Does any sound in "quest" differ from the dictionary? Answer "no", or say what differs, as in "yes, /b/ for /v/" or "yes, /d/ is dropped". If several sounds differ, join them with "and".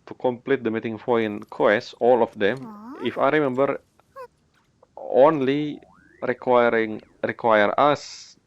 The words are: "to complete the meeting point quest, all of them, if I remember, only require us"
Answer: yes, /t/ is dropped